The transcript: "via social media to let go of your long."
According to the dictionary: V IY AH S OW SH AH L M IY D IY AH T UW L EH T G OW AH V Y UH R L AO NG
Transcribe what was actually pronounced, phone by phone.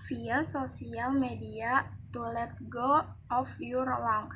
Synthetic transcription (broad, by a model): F IY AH S OW S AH L M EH D IY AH T UW L EH T G OW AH F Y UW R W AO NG